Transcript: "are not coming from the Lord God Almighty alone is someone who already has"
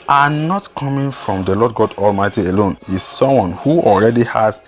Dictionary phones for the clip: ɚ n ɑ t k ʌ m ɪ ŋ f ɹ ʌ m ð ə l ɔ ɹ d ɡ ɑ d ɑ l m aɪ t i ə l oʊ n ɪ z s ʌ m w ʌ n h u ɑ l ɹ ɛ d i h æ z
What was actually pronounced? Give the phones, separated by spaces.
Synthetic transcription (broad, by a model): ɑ n ɑ t k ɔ m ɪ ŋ f ɹ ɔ m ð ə l ɔ d ɡ ɑ d ɑ l m aɪ t i ə l oʊ n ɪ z s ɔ m w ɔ n h u ɑ l ɹ ɛ d i h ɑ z